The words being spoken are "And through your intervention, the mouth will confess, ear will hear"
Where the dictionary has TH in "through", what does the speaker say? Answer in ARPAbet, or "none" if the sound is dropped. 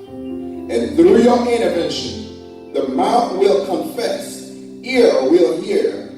TH